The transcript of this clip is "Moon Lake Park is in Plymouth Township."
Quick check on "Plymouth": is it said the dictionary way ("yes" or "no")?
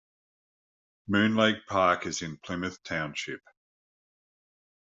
yes